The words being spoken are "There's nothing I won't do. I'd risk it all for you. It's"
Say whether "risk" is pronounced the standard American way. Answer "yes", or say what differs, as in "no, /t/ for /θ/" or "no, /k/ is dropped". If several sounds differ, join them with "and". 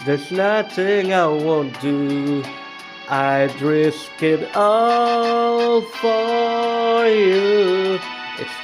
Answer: yes